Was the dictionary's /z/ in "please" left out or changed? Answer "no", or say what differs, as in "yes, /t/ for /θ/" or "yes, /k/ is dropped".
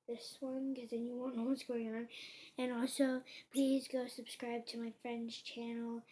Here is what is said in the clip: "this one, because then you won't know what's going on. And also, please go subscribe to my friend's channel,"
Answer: no